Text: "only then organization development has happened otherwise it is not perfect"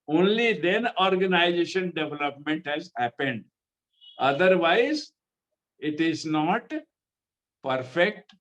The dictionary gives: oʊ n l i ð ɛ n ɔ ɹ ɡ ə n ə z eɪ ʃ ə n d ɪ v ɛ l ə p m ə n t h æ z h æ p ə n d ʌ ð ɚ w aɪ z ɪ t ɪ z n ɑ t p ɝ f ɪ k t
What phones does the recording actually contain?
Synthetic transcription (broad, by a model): oʊ n l i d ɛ n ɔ ɹ ɡ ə n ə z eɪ ʃ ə n d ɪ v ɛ l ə p m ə n t h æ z h æ p ə n d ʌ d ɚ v aɪ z ɪ t ɪ z n ɑ t p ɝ f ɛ k t